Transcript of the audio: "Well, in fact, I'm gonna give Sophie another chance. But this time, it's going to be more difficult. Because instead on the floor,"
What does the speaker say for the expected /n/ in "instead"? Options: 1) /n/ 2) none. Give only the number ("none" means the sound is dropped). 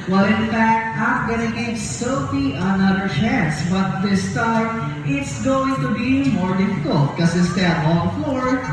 2